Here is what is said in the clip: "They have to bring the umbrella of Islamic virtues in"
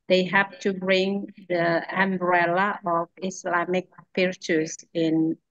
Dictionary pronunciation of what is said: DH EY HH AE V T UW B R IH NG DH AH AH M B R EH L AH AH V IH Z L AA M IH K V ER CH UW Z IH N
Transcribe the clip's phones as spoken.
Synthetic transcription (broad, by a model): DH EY HH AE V T UW B R IH NG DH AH AH M B R EH L AH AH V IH S L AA M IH K P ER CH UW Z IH N